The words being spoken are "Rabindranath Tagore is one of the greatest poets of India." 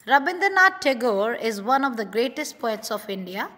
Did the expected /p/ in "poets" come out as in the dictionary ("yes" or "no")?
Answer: yes